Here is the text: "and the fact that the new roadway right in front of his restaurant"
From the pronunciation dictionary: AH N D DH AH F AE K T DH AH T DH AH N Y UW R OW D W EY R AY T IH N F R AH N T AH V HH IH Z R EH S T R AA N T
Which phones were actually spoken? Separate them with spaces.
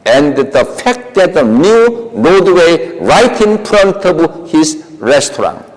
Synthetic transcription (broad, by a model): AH N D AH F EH K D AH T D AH N Y UW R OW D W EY R AY T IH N P R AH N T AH B HH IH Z R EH S T R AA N